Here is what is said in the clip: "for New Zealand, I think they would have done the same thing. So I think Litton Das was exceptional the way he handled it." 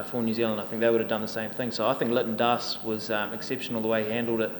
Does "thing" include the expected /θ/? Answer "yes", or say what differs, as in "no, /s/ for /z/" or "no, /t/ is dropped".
yes